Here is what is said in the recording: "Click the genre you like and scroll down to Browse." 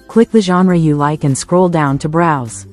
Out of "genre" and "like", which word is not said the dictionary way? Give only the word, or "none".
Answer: none